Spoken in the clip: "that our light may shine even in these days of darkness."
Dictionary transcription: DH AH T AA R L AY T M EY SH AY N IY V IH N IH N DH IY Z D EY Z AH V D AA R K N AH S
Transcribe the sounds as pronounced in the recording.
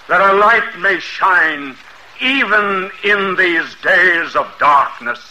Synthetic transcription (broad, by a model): DH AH T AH L AY T M EY SH AY N IY V IH N IH N DH IY Z D EY Z AH V D AA R K N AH S